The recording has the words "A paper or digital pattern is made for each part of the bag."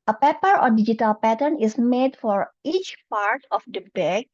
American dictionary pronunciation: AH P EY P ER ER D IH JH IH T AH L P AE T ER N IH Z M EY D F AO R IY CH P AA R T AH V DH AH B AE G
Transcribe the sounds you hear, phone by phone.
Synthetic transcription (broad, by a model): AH P EY P ER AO D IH JH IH T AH L P AE T ER N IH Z M EY D F AO R IY CH P AA R T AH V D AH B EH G